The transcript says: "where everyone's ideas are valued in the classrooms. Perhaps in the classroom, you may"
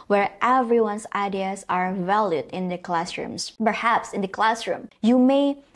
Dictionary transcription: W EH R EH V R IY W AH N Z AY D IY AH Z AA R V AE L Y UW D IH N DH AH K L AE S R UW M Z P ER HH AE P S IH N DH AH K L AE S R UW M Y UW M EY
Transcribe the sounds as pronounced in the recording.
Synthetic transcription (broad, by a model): W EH R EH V R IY W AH N S AY D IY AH S AA R V AE L Y UW D IH N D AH K L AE S R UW M S P ER HH AE P S IH N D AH K L AE S R UW M Y UW M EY